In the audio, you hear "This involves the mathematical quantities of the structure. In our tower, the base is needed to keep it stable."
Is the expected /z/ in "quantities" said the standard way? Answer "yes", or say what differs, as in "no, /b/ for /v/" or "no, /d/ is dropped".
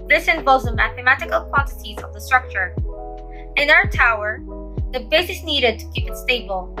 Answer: yes